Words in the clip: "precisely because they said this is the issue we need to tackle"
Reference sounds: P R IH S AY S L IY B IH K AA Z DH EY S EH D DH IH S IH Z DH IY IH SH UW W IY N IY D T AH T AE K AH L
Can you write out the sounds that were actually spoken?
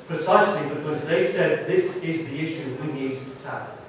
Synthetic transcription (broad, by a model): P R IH S AY S L IY B IH K AA Z DH EY S EH D DH IH S IH Z DH IY IH SH UW W IY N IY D T AH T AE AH